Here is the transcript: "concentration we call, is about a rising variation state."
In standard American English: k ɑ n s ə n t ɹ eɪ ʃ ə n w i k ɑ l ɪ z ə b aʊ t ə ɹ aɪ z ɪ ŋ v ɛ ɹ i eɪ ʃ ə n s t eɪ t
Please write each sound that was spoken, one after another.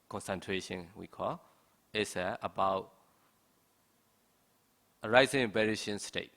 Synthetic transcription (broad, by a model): k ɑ n s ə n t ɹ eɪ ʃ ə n w i k ɑ l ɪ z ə b aʊ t ə ɹ aɪ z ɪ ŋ b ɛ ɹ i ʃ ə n s t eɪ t